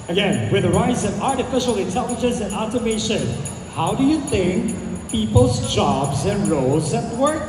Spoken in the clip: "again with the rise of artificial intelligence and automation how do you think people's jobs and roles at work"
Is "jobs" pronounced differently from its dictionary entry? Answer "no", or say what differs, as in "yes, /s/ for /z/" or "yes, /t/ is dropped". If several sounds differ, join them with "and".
no